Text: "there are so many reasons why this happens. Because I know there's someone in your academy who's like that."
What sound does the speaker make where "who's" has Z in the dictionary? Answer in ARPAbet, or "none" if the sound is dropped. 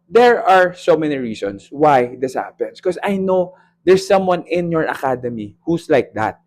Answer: S